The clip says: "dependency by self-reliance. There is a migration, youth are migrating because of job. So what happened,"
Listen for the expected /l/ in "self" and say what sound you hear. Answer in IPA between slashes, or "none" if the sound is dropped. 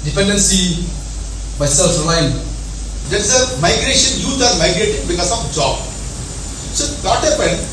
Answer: /l/